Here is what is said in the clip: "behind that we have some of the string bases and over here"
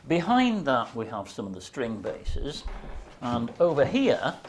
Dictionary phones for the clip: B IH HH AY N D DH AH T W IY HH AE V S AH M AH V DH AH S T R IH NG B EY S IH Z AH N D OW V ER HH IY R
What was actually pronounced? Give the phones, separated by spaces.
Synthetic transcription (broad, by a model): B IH HH AY N DH AH T W IY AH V S AH M AH V DH AH S T R IH NG B EY S IH Z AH N OW V ER HH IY R